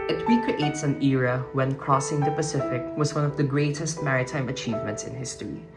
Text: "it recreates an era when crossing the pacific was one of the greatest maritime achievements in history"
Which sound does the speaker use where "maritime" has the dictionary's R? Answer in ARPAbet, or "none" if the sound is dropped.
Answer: R